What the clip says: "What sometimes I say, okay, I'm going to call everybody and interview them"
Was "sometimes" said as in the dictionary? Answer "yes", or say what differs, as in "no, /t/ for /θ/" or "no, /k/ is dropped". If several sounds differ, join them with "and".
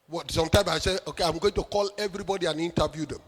no, /z/ is dropped